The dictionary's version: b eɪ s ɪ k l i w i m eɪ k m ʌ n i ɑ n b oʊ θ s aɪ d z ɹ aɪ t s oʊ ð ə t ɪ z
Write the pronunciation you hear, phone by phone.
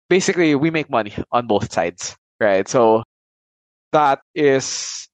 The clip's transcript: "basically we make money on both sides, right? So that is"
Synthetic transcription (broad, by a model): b eɪ s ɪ k l i w i m eɪ k m ʌ n i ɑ n b oʊ θ s aɪ d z ɹ aɪ t s oʊ ð ə t ɪ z